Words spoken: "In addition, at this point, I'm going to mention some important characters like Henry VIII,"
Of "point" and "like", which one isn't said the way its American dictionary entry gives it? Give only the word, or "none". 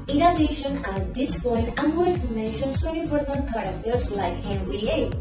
point